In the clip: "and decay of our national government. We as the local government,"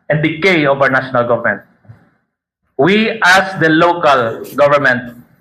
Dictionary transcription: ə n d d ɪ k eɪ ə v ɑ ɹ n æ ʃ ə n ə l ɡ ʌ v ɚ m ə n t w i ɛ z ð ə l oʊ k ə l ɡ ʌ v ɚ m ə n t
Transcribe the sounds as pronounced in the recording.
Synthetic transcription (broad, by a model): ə n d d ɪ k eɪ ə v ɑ w n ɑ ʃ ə n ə l ɡ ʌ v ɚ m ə n t w i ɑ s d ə l oʊ k ə l ɡ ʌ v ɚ m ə n t